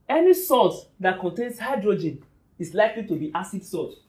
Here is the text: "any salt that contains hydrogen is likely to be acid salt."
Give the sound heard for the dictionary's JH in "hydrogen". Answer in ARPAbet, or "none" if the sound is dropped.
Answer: JH